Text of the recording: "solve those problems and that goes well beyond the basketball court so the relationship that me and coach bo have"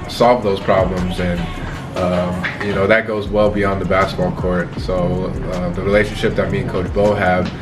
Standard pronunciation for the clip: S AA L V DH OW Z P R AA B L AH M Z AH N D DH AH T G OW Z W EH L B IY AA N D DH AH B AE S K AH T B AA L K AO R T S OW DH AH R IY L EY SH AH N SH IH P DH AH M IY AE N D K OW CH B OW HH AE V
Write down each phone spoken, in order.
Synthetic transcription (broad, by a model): S AA L V DH OW Z P R AA B L AH M Z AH N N DH AH T G OW Z W EH L B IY AA N DH AH B AE S K AH T B AA L K AO R T S OW DH AH R IY L EY SH AH N SH IH P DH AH M IY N K OW CH B OW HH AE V